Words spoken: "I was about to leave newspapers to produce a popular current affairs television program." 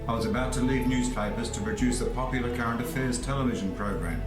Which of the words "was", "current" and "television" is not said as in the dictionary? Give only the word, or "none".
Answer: none